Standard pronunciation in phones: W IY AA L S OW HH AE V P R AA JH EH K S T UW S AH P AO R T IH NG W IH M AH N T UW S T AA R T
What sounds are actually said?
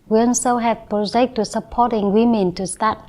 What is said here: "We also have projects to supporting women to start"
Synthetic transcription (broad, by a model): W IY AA N S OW HH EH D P R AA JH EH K T UW S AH P AO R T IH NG W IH M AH N T UW S T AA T